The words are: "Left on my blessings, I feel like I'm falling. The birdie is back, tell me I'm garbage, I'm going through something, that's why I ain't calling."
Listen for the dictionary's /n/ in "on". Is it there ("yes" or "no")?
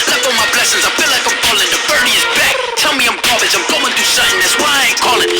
no